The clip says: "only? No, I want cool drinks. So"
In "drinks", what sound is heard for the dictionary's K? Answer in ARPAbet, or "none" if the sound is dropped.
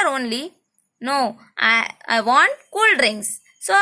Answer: none